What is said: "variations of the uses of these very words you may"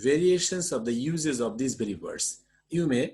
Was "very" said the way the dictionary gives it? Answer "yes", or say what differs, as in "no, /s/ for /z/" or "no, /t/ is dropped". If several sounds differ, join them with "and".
no, /b/ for /v/